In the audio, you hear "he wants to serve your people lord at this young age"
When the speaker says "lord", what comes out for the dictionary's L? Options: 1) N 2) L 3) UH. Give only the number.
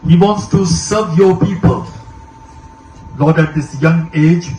1